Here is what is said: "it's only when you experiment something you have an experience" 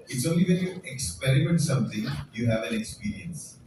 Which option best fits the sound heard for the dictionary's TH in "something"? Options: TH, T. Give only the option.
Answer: T